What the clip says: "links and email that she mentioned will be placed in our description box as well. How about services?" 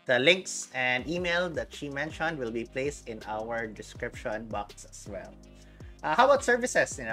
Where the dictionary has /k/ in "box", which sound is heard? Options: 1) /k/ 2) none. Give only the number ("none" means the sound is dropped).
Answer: 1